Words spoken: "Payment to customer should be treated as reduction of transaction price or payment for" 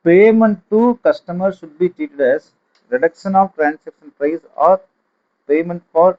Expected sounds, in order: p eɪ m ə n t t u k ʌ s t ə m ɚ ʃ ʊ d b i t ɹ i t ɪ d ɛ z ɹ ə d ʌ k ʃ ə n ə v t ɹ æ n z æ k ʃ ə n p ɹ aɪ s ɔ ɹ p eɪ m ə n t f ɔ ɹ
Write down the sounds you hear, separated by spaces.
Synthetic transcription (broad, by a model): p eɪ m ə n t t u k ʌ s t ə m ɚ ʃ ʊ d b i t i t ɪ d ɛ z ɹ ə d ʌ k ʃ ə n ə v t ɹ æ n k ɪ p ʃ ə n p ɹ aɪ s ɔ ɹ p eɪ m ə n t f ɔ ɹ